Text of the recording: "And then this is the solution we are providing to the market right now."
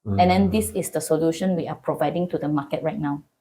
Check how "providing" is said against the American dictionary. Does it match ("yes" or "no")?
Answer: yes